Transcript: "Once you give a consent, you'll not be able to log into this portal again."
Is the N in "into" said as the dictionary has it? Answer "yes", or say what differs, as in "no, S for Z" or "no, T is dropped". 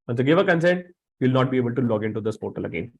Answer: yes